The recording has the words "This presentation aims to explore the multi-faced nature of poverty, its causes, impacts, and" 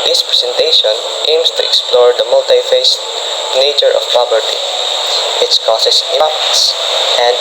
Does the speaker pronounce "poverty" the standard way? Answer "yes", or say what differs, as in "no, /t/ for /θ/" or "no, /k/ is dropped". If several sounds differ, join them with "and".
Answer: no, /b/ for /v/